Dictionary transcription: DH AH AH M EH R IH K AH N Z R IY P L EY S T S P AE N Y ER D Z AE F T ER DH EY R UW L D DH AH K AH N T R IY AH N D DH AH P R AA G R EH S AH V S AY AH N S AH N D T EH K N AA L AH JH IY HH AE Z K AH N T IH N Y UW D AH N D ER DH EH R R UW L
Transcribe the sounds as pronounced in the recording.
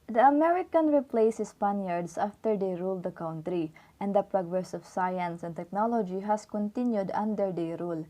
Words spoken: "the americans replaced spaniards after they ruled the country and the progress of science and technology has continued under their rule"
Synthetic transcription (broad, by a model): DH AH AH M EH R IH K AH N R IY P L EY S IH S P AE N Y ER D S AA F T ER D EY R UW L D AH K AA N T R IY AH N D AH P R AA G R EH S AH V S AY AH N S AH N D T EH K N AA L AH JH IY HH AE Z K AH N T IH N Y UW D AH N D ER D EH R R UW L